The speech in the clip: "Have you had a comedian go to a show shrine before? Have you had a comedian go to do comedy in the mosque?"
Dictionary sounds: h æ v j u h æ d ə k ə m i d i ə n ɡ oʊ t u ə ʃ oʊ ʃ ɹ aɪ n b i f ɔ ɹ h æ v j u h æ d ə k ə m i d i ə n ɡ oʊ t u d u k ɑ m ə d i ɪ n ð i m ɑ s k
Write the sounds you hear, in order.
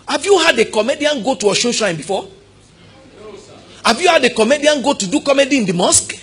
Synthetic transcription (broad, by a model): h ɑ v j u h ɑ d ə k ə m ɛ d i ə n ɡ oʊ t u ə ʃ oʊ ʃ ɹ aɪ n b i f ɔ h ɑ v j u h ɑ d ə k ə m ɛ d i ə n ɡ oʊ t u d u k ɑ m ə d i ɪ n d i m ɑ s k